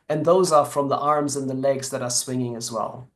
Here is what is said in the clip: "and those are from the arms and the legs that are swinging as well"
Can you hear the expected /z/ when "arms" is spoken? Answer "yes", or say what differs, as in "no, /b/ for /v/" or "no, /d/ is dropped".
yes